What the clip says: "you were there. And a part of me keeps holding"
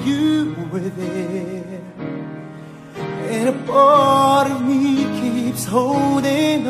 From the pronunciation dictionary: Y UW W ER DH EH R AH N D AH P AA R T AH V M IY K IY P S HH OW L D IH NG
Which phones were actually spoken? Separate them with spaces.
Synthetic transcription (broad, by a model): Y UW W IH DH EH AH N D AH B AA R T AH V M IY K IY P S HH OW L D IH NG